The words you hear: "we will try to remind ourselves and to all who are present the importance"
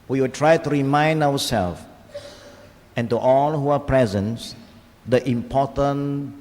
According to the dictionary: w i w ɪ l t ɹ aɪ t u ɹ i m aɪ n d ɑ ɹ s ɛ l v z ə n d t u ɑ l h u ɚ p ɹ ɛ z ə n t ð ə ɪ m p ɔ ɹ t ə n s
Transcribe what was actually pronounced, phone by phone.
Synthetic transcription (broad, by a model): w i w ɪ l t ɹ aɪ t u ɹ i m aɪ n d ɑ w s ɛ l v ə n t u ɑ l h u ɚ p ɹ ɛ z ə n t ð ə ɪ m p ɔ t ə n